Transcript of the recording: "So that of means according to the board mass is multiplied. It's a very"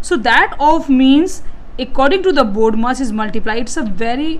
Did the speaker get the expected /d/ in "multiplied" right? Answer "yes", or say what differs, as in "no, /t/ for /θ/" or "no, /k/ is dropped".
no, /d/ is dropped